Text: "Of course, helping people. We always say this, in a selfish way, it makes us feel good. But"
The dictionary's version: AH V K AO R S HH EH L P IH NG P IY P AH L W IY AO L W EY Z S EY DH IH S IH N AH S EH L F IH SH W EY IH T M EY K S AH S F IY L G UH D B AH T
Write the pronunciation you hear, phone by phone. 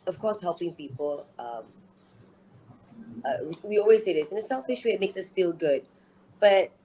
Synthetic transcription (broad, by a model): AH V K AO S HH EH L P IH NG P IY P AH L W IY AO L W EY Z S EY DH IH S IH N AH S EH L F IH SH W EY IH T M EY K S AH S F IY L G UH D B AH T